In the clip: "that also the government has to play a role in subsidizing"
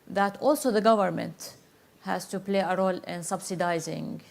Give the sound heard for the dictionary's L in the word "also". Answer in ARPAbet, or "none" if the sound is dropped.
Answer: L